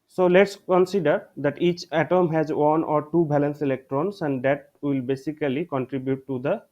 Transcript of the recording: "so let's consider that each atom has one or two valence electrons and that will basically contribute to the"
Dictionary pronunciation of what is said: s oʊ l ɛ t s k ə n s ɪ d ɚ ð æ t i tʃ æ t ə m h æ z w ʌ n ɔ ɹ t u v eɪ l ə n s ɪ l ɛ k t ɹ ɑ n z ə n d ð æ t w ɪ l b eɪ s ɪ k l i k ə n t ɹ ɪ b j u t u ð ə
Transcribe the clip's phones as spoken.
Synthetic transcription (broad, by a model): s oʊ l ɛ t s k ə n s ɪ d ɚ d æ t i tʃ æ t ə m h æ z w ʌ n ɔ ɹ t u b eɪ l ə n s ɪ l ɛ k t ɹ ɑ n s ə n d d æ t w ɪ l b eɪ s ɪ k l i k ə n t ɹ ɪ b j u t u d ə